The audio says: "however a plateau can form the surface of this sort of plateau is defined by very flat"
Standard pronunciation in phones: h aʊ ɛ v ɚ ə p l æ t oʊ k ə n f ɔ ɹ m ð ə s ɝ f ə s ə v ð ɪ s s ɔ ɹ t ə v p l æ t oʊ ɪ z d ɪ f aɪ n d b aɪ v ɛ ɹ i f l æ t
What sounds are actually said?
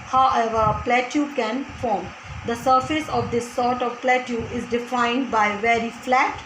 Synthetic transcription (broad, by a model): h aʊ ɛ v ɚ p l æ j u k ə n f ɔ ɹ m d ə s ɝ f ə s ə v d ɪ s s ɔ ɹ t ə v p l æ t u ɪ z d ɪ f aɪ n d b aɪ v ɛ ɹ i f l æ t